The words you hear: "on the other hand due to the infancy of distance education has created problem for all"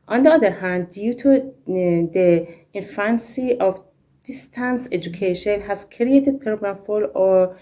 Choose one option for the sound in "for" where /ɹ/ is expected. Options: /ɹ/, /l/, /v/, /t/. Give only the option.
/l/